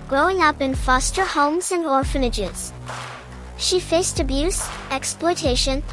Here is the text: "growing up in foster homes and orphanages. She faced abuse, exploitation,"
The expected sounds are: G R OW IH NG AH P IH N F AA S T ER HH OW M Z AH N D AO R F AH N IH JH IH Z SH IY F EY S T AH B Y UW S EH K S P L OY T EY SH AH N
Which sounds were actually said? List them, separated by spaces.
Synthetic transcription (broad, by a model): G R OW IH NG AH P IH N F AA S T ER HH OW M Z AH N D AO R F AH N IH JH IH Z SH IY F EY S T AH B Y UW S EH K S P L OY T EY SH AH N